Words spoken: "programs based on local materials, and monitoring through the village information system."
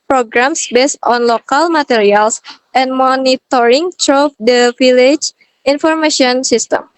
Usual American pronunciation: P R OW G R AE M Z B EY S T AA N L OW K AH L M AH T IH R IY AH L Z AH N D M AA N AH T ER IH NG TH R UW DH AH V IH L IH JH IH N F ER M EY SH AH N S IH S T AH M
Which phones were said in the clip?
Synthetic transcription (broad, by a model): P R OW G R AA M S B EY S T AA N L OW K AH L M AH T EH R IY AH L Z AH N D M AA N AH T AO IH NG T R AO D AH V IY L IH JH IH N F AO M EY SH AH N S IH S T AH M